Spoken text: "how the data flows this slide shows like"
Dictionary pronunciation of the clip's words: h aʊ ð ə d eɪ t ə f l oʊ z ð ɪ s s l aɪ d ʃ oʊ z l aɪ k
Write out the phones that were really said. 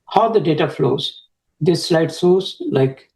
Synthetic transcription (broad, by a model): h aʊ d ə d eɪ t ə f l oʊ z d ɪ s s l aɪ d s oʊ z l aɪ k